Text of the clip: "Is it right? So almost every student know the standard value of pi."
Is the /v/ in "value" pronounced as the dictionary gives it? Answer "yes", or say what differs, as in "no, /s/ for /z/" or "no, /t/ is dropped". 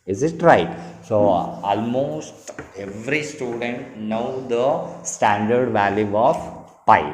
yes